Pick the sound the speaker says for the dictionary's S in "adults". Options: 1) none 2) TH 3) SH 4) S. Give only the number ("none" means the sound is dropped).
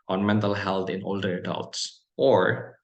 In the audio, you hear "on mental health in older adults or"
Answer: 4